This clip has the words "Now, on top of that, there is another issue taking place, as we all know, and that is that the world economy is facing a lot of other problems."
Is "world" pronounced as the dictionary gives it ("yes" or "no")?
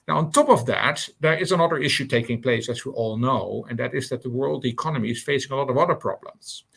yes